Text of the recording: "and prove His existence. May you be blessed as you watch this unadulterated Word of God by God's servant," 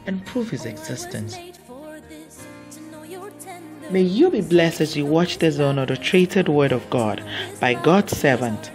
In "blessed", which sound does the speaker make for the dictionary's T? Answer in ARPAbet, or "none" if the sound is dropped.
T